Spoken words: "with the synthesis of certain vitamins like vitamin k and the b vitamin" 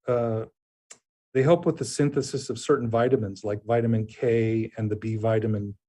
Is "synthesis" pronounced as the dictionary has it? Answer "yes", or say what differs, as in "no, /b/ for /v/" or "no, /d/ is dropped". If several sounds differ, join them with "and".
yes